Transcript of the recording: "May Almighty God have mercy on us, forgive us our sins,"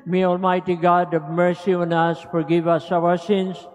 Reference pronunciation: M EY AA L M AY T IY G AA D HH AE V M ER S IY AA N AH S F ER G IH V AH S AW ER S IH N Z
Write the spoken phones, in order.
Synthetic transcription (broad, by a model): M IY AA L M AY T IY G AA D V M ER S IY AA N AH S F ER G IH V AH S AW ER S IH N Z